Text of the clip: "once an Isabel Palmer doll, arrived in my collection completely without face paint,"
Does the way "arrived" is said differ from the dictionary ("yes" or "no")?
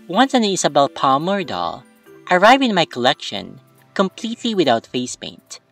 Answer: yes